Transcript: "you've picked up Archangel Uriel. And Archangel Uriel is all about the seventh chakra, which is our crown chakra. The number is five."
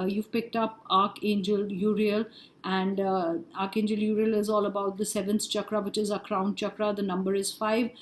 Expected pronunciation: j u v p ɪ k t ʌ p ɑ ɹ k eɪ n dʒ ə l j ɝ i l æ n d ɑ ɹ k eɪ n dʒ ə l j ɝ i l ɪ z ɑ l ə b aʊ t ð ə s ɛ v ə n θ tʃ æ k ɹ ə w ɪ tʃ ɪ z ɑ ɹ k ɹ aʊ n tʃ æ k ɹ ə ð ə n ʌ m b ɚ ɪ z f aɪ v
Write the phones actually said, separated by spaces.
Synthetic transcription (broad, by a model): j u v p ɪ k t ʌ p ɑ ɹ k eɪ n dʒ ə l j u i l æ n d ɑ ɹ k eɪ n dʒ ə l j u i l ɪ z ɑ l ə b aʊ t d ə s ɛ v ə n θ tʃ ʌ k ɹ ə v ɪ tʃ ɪ z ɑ k ɹ aʊ n tʃ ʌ k ɹ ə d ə n ʌ m b ɚ ɪ z f aɪ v